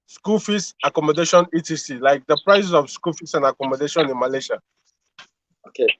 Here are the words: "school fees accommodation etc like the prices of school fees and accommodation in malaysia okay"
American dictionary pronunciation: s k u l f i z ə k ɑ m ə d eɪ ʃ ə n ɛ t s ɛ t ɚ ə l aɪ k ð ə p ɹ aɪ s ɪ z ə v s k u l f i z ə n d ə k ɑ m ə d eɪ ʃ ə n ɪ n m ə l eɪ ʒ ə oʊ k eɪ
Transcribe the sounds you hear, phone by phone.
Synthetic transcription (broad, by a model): s k u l f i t ə k ɑ m ə d eɪ ʃ ə n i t i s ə l aɪ k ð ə p ɹ aɪ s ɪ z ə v s k u l f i s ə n ə k ɑ m ə d eɪ ʃ ə n ɪ n m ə l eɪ ʃ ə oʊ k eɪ